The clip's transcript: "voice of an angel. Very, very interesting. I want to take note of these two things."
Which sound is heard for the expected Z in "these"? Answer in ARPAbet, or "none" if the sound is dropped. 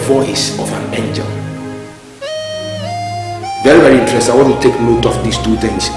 S